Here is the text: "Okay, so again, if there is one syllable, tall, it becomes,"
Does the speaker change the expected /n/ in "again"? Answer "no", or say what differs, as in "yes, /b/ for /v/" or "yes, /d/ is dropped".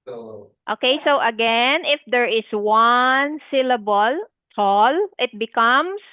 no